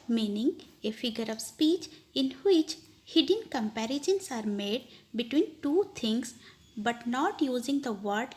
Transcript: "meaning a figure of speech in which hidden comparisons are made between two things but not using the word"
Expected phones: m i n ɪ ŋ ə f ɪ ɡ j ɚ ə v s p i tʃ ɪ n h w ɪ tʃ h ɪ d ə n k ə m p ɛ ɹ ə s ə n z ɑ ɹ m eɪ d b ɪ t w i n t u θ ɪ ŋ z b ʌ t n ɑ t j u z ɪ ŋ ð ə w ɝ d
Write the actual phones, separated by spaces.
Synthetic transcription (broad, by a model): m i n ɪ ŋ ə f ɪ ɡ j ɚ ə v s p i tʃ ɪ n h w ɪ tʃ h ɪ d ə n k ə m p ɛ ɹ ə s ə n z ɑ ɹ m eɪ d b ɪ t w i n t u t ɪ ŋ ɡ b ʌ t n ɑ t j u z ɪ ŋ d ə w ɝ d